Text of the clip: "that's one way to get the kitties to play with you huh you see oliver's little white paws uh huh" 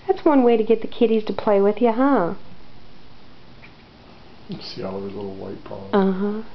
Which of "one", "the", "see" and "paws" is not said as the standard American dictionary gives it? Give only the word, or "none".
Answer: paws